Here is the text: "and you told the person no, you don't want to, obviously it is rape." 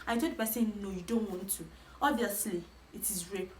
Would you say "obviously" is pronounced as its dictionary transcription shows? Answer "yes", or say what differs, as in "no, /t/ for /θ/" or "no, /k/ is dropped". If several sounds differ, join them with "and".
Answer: yes